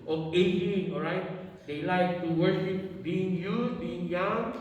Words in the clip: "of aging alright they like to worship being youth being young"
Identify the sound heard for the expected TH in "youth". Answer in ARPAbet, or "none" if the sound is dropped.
S